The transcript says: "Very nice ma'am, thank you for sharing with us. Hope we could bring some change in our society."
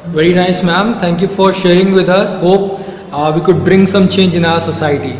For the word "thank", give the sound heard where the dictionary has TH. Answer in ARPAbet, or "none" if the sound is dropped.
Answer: T